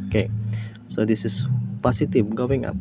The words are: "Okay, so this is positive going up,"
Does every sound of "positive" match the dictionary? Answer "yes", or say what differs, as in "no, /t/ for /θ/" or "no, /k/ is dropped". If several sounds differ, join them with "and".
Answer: no, /s/ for /z/